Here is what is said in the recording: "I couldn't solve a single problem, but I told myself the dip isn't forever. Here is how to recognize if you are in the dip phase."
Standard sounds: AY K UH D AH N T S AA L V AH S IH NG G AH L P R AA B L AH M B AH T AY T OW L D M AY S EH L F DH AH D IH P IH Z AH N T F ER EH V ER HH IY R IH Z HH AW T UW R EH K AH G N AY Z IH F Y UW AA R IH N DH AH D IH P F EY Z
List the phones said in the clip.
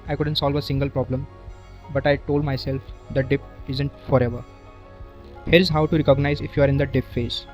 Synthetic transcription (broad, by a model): AY K UH D AH N T S AA L V AH S IH NG G AH L P R AA B L AH M B AH T AY T OW L D M AY S EH L F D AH D IH P IH Z AH N T F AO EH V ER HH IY R IH Z HH AW T UW R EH K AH G N AY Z IH F Y UW AA R IH N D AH D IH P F EY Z